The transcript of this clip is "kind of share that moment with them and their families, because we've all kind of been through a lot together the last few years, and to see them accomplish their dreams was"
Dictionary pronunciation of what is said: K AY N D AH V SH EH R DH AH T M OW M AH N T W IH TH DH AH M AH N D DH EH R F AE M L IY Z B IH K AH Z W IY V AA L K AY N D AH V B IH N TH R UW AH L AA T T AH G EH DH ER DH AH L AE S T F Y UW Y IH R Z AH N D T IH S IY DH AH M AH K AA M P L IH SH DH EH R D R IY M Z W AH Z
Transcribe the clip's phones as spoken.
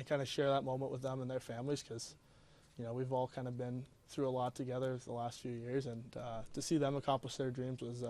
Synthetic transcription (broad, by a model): K AY N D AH SH EH R DH AH T M OW M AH N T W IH DH AH M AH N DH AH R F AE M L IY Z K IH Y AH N W IY V AA L K AY N D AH B IH N TH R UW AH L AA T T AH G EH DH ER DH AH L AE S T F Y UW Y IH R Z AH N T IH S IY DH AH M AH K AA M P L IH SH DH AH R D R IY M Z W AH Z